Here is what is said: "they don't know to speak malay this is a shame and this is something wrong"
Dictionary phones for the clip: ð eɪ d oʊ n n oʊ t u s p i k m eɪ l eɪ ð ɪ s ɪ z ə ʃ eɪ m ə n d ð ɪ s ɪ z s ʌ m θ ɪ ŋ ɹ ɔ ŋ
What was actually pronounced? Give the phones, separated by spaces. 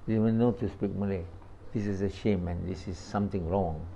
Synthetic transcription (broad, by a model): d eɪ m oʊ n n oʊ t u s p i k m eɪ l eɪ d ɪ s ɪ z ə ʃ eɪ m ə n d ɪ s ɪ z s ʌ m t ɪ ŋ ɹ ɔ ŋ